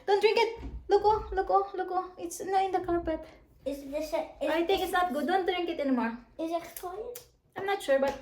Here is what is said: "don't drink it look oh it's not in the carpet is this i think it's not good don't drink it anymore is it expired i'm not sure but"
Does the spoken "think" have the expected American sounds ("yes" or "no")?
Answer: no